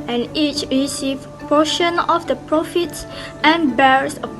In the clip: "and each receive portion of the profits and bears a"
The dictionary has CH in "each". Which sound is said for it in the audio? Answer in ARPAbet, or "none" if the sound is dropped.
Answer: CH